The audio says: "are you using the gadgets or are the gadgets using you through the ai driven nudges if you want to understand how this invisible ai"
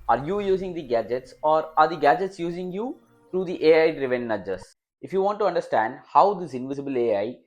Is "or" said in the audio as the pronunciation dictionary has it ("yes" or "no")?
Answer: yes